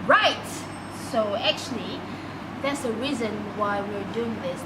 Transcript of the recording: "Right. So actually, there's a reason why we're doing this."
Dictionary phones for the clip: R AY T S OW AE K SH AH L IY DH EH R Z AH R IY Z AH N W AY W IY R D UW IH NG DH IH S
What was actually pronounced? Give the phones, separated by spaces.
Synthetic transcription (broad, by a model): R AY T S OW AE K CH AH L IY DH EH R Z AH R IY Z AH N W AY W IY R D UW IH NG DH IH S